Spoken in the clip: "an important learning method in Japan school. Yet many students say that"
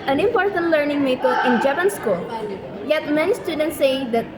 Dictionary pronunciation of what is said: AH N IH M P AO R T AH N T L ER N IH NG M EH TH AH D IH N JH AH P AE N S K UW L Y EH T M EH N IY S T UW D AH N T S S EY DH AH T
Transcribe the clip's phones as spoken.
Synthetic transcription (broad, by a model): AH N IH M P AO R T AH N T L ER N IH NG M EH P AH IH N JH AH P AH N S K UW L Y EH T M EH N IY S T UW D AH N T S S EY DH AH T